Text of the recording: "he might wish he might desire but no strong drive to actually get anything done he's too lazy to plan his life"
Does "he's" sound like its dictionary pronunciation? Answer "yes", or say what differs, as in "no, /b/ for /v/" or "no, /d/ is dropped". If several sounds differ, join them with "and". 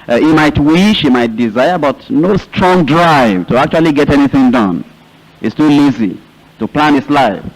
no, /s/ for /z/